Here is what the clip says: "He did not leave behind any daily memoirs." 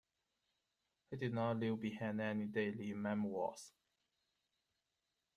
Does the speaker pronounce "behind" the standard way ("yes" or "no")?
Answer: no